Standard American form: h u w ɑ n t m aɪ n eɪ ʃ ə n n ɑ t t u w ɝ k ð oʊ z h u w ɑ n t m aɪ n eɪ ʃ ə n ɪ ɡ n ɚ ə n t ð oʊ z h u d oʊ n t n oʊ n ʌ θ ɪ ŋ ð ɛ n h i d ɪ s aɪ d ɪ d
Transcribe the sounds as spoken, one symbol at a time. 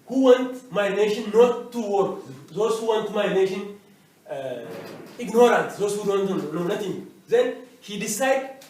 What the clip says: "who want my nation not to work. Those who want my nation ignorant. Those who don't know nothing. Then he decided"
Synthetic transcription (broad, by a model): h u w ɑ n t m aɪ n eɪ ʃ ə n n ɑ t t u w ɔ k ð oʊ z h u w ɑ n t m aɪ n eɪ ʃ ə n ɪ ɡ n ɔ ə n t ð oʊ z h u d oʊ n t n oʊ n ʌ t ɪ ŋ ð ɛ n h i d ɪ s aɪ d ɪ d